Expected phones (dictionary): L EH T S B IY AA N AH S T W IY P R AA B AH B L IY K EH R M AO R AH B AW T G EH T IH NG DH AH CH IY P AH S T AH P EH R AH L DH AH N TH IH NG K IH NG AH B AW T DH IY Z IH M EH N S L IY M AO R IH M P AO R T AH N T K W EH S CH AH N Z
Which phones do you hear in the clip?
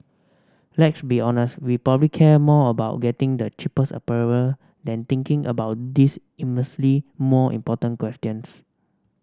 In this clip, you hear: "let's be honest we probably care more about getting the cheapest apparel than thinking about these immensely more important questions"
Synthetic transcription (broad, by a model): L EH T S B IY AA N AH S T W IY P R AA B AH B L IY K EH M AO AH B AW T G EH T IH NG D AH CH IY P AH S AH P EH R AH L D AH N T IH NG K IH NG AH B AW T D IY S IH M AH S L IY M AO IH M P AO T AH N K W EH S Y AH N S